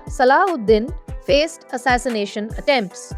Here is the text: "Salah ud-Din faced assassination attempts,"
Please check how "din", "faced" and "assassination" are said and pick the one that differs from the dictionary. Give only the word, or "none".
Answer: none